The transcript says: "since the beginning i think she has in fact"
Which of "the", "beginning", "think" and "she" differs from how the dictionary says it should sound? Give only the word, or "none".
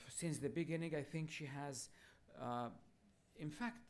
none